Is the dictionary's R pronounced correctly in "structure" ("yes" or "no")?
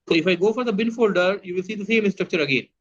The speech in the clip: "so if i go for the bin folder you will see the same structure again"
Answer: yes